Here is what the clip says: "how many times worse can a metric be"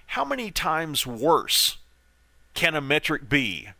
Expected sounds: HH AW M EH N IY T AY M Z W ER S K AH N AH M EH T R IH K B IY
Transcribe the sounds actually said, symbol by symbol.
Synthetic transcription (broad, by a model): HH AW M EH N IY T AY M Z W ER S K AH N AH M EH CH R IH K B IY